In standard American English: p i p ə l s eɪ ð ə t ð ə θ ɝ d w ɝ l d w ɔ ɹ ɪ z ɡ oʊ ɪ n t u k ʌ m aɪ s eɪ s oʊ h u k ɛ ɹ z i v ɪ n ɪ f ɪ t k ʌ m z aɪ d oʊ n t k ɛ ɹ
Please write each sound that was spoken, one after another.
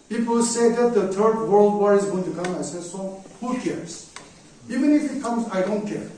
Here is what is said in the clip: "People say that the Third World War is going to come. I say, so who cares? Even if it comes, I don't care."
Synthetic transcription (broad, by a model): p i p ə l s eɪ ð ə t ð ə t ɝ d w ɝ l d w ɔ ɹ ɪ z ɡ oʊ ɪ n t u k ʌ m aɪ s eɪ s oʊ h u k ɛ ɹ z i v ɪ n ɪ f ɪ t k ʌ m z aɪ d oʊ n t k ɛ ɹ